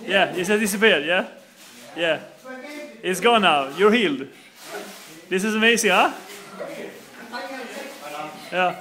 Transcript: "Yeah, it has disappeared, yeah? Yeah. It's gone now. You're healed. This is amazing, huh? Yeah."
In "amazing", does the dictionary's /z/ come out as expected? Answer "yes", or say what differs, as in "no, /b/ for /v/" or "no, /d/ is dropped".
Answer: no, /s/ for /z/